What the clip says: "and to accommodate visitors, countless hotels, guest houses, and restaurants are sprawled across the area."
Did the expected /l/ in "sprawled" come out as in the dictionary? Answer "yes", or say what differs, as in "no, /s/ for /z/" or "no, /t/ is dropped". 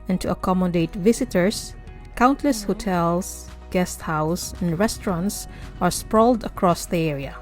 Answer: yes